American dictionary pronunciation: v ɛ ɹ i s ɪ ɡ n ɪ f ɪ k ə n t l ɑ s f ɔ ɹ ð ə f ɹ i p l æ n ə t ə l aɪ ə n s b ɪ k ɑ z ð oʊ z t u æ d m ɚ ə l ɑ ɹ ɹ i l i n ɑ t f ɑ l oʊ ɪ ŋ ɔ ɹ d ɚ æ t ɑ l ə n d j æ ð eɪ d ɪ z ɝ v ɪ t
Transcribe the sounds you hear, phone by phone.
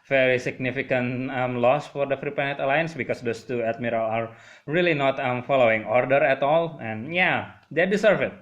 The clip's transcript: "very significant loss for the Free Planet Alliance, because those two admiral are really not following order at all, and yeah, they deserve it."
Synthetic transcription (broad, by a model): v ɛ ɹ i s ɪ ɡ n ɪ f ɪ k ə n t l ɑ s f ɔ ɹ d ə f ɹ i p ɛ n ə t ə l aɪ ə n s b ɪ k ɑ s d oʊ s t u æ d m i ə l ɑ ɹ ɹ i l i n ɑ t f ɑ l oʊ ɪ ŋ ɔ ɹ d ɚ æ t ɑ l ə n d j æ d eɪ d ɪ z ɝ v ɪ t